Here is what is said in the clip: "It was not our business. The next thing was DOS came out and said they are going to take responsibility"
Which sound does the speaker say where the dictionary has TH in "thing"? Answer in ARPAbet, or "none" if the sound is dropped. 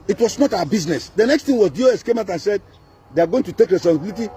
T